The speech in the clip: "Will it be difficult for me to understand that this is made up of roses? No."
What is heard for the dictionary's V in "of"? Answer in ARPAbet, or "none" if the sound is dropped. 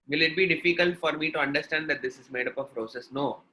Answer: P